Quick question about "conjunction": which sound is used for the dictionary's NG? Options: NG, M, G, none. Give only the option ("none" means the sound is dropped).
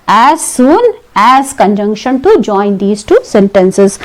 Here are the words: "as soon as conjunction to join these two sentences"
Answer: NG